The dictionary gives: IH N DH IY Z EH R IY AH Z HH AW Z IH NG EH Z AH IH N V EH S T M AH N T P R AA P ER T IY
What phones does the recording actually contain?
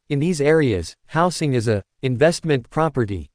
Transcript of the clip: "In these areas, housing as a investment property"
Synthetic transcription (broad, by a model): IH N DH IY Z EH R IY AH Z HH AW S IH NG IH Z AH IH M V EH S T M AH N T P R AA P ER T IY